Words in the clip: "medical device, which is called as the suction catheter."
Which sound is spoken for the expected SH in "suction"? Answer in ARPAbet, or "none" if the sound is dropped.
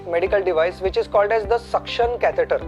SH